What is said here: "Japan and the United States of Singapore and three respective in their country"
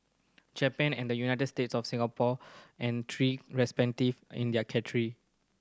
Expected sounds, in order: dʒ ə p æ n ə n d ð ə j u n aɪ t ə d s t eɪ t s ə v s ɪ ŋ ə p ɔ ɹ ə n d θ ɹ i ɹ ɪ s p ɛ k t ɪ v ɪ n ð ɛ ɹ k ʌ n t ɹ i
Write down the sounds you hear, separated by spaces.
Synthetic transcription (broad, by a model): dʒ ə p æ n ə n d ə j u n aɪ t ə d s t eɪ t s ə f s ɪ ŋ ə p ɔ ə n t ɹ i ɹ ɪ s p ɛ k t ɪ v ɪ n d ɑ k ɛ t ɹ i